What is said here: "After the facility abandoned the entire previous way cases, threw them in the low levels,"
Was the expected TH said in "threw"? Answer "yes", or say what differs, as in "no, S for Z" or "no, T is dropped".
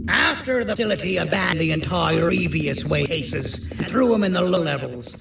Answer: yes